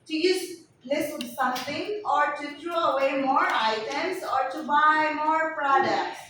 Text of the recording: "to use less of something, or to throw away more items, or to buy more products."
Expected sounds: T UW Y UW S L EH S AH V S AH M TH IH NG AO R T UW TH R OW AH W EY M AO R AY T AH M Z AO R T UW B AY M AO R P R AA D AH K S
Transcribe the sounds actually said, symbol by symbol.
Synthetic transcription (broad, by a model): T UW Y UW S L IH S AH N S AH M T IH NG AO R T UW T R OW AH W EY M AO R AY T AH M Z AO R T UW B AY M AO R P R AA D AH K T